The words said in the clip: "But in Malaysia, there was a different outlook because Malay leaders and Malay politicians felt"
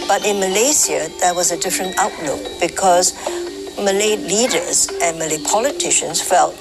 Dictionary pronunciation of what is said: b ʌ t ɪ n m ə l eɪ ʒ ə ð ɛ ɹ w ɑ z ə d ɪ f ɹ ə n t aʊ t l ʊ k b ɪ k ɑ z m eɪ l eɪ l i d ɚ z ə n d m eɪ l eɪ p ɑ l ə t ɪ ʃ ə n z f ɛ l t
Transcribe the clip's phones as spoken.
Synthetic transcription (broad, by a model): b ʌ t ɪ n m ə l eɪ s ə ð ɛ w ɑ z ə d ɪ f ɹ ə n t aʊ t l ʊ k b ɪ k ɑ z m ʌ l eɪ l i d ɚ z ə n m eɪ l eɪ p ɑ l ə t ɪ ʃ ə n s f ɛ l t